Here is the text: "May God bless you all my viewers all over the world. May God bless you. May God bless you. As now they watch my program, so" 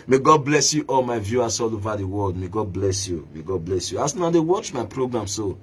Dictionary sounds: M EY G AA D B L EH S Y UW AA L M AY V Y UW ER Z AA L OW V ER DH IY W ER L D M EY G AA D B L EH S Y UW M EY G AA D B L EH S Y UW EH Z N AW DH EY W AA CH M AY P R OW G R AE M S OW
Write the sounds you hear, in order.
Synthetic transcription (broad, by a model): M EY G AA D B L EH S Y UW AA L M AY V Y UW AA S AA L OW V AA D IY W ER L D M EY G AA D B L EH S Y UW M EY G AA D B L EH S Y UW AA S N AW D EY W AA CH M AY P R OW G R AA M S OW